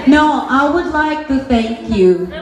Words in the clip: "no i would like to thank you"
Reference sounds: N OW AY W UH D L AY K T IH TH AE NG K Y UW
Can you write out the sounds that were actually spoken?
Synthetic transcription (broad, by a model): N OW AY W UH D L AY K T IH TH AE NG K Y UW